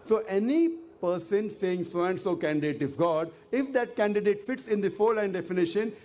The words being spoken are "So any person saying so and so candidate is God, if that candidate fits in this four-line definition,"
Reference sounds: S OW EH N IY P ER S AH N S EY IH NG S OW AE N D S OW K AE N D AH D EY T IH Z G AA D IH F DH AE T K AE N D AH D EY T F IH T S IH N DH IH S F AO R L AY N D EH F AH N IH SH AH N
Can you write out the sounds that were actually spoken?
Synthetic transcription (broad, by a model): S OW EH N IY P ER S AH N S EY IH NG S OW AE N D S OW K AE N D AH D EY T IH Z G AA D IH F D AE T K AE N D AH D EY T F IH T S IH N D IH F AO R L AY N D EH F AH N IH SH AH N